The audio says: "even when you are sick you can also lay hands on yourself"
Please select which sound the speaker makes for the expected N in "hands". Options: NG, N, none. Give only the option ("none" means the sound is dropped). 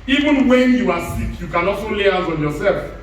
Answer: none